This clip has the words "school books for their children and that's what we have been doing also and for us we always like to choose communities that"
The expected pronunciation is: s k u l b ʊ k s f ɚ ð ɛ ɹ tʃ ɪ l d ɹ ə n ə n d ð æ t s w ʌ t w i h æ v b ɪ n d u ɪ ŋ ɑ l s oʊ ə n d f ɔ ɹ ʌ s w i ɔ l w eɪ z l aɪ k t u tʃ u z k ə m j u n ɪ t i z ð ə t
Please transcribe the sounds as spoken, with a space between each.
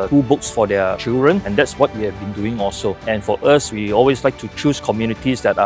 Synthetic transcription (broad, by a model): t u b ʊ k s f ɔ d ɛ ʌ tʃ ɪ l d ɹ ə n ə n d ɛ t s w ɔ t w i h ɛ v b ɪ n d u ɪ ŋ ɑ l s oʊ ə n f ɔ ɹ ʌ s w i ɔ l w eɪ s l aɪ k t u tʃ u s k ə m j u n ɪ t i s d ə t